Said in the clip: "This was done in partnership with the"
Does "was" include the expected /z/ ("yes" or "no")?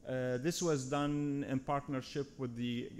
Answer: yes